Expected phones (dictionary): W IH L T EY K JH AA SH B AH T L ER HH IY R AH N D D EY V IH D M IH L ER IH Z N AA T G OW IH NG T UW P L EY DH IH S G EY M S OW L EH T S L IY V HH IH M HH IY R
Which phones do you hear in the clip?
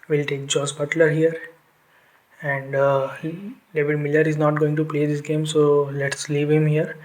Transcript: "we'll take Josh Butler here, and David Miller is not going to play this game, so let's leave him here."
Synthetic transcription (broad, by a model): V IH L T EY K JH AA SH B AH T L ER HH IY R AH N D D EY V IH D M IH L ER IH Z N AA T G OW IH NG T UW P L EY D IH S G EY M S OW L EH T S L IY V HH IH M HH IY R